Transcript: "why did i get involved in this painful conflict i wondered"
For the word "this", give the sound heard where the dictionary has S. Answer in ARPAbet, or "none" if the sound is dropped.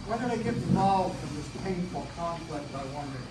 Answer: S